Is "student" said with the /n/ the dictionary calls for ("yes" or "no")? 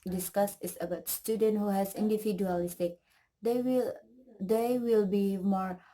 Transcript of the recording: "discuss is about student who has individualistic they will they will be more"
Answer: yes